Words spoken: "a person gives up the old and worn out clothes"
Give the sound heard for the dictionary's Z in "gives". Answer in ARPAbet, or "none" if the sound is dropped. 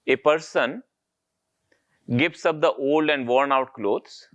S